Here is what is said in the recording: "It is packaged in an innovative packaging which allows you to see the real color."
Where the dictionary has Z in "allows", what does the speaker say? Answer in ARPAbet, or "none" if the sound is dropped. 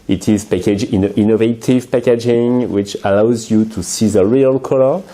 Z